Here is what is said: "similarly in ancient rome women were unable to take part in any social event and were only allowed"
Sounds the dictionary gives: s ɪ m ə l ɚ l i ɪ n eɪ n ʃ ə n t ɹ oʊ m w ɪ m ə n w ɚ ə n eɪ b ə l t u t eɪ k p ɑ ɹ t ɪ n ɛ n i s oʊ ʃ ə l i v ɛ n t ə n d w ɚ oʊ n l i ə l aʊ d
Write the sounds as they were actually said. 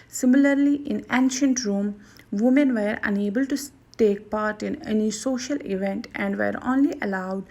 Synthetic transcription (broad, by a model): s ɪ m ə l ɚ l i ɪ n eɪ n ʃ ə n t ɹ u m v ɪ m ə n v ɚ ə n eɪ b ə l t u t eɪ k p ɑ ɹ t ɪ n ɛ n i s oʊ ʃ ə l i v ɛ n t ə n d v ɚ oʊ n l i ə l aʊ d